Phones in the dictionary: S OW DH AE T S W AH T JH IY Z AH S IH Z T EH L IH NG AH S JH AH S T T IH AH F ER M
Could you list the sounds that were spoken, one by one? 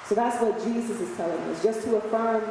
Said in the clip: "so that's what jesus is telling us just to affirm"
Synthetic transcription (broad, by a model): S OW DH AE T S W AH T JH IY Z AH S IH Z T EH L IH NG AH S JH AH S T T IH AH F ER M